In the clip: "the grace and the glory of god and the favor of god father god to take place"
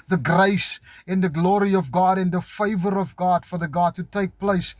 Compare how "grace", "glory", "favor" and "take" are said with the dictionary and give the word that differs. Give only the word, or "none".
none